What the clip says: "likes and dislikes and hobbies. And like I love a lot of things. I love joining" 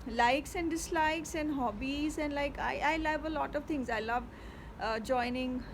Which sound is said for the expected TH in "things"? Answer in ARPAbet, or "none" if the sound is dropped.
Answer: T